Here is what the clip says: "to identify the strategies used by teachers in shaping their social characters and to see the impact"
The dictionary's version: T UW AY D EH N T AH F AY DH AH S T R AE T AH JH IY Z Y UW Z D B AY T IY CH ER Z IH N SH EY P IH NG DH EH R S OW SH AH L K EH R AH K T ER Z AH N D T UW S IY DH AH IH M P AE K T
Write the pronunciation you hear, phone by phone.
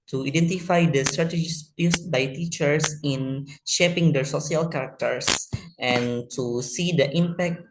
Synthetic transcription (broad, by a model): T UW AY D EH N T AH F AY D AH S T R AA T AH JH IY S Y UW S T B AY T IY CH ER S IH N SH EY P IH NG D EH R S OW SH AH L K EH R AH K T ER S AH N T UW S IY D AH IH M P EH K T